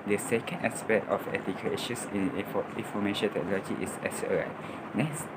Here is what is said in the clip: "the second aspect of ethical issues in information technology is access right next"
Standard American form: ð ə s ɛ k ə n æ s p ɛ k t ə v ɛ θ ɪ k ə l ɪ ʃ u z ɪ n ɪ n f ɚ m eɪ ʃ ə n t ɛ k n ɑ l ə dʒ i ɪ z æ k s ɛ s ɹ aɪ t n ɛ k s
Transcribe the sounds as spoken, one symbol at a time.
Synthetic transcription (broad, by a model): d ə s ɛ k ə n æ s p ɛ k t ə f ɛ t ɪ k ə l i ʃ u s ɪ n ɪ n f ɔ m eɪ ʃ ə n t ɛ k n ɑ l ə dʒ i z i s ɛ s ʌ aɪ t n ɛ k s